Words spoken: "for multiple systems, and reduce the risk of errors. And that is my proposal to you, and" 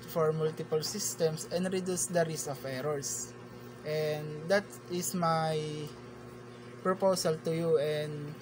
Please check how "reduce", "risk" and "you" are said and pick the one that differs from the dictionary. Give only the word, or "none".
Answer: risk